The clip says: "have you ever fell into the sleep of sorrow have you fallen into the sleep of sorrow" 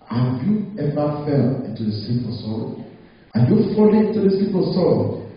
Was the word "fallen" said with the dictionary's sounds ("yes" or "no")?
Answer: no